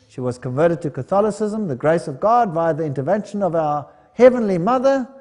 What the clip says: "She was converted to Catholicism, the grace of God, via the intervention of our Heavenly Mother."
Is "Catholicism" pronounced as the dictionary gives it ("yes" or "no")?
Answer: yes